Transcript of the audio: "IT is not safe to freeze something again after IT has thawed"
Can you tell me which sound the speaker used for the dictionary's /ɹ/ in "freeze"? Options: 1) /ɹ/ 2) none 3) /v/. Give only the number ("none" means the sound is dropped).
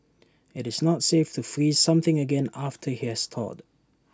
1